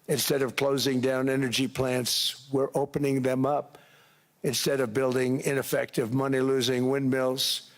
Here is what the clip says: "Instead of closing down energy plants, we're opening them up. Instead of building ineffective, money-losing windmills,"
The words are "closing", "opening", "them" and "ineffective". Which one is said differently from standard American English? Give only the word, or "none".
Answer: none